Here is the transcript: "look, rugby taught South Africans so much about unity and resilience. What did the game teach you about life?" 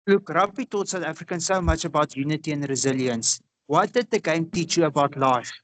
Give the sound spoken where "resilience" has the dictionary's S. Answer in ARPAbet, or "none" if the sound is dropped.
S